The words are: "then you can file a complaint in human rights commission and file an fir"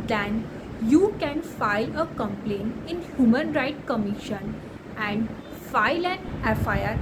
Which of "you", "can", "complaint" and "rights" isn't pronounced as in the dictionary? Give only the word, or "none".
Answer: rights